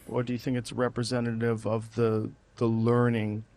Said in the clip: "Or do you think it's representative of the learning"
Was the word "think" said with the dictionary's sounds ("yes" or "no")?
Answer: yes